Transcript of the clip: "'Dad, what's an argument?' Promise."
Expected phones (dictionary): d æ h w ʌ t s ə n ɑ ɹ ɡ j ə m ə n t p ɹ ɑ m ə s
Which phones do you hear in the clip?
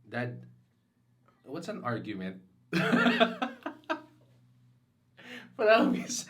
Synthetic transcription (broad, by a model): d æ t w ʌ t s ə n ɑ ɹ ɡ j ə m ə n t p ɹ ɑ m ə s